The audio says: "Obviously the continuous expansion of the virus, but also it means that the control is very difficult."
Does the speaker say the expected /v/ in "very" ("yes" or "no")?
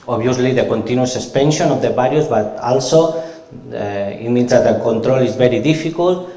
no